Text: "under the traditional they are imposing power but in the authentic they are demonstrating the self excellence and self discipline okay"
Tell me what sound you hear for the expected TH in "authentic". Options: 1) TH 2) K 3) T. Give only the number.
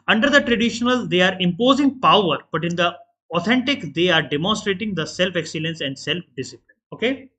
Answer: 3